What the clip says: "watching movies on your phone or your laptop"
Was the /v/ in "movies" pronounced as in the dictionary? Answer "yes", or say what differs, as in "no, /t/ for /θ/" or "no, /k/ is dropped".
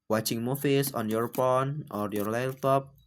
no, /f/ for /v/